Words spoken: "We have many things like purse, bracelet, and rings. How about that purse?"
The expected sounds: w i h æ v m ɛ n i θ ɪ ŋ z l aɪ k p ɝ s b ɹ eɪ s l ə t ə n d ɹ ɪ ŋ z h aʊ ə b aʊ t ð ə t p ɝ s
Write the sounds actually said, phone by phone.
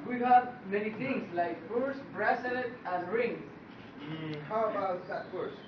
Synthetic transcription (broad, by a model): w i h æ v m ɛ n i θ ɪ ŋ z l aɪ k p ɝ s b ɹ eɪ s ə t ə n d ɹ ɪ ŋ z h aʊ ə b aʊ t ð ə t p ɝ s